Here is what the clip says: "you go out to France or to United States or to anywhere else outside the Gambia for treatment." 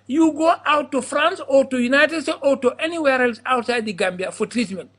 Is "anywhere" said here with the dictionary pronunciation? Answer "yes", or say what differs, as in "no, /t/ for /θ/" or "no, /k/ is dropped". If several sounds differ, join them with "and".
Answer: yes